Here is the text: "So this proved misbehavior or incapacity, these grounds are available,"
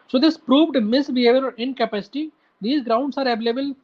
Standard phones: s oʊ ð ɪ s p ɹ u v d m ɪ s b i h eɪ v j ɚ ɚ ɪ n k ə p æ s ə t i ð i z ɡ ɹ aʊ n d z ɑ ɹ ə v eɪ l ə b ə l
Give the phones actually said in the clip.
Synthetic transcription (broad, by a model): s oʊ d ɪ s p ɹ u v d m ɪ s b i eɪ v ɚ ɚ ɪ n k ə p æ s ə t i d i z ɡ ɹ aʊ n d s ɑ ɹ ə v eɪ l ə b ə l